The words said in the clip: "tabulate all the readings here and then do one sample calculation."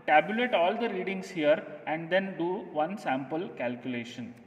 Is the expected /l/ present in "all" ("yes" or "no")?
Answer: yes